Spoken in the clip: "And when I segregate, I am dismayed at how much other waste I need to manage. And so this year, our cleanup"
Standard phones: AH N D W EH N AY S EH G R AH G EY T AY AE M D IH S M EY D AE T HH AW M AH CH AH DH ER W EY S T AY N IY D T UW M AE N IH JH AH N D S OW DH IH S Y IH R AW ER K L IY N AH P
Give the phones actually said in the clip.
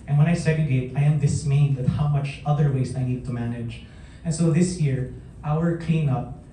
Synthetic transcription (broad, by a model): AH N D W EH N AY S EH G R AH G EY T AY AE M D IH S M EY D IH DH HH AW M AH CH AH DH ER W EY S AY N IY D T UW M AE N IH JH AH N S OW DH IH S Y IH R AW ER K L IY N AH P